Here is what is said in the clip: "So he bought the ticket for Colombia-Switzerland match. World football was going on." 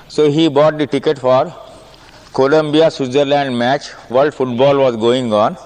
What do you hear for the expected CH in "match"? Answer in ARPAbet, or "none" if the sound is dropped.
CH